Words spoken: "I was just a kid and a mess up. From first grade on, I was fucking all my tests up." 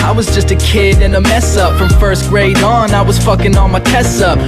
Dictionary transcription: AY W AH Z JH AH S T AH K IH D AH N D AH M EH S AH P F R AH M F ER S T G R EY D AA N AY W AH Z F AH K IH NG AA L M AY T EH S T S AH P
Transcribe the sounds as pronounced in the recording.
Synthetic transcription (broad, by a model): AY W AH Z JH AH S T AH K IH D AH N AH M EH S AH P F R AH M F ER S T G R EY D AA N AY W AH Z F AH K IH NG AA N M AY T EH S S AH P